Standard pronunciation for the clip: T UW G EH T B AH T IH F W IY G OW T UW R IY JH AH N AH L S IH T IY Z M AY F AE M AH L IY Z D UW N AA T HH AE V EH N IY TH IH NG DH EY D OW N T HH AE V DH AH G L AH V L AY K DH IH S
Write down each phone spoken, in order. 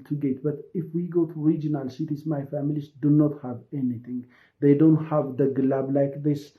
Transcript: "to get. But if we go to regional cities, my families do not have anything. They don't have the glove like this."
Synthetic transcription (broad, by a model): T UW G EH T B AH T IH F W IY G OW T UW R IY JH AH N AH L S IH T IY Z M AY F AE M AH L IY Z D UW N AA T HH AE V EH N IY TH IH NG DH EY D OW N T HH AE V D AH G L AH B L AY K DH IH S